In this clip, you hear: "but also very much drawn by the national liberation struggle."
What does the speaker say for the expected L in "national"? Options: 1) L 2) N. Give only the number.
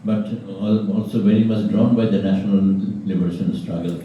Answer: 1